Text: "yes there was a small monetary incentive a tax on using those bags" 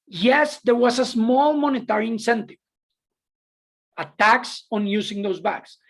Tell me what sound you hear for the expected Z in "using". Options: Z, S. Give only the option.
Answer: S